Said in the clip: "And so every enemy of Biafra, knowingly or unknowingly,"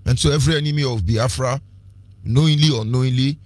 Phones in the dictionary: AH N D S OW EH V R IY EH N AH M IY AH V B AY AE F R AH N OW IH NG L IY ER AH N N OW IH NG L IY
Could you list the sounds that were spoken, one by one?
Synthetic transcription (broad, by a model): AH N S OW EH V R IY EH N AH M IY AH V B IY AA F R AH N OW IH L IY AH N N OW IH L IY